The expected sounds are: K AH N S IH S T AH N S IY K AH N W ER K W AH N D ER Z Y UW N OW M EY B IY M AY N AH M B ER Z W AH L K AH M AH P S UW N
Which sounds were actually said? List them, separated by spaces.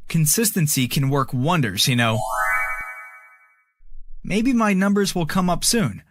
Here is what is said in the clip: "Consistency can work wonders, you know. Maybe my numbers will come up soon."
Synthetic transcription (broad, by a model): K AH N S IH S T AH N S IY K AH N W ER K W AH N D ER Z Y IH N OW M EY B IY M AY N AH M B ER Z W AH L K AH M AH P S UW N